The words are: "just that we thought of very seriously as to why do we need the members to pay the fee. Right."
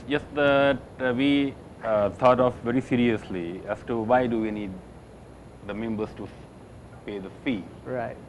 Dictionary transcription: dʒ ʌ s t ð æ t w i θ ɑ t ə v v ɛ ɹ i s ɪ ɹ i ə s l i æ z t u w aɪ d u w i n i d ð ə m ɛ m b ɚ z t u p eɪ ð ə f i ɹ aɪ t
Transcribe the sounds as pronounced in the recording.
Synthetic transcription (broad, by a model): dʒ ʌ s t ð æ t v i t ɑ t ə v v ɛ ɹ i s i ɹ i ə s l i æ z t u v aɪ d u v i n i d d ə m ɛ m b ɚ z t u p eɪ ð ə f i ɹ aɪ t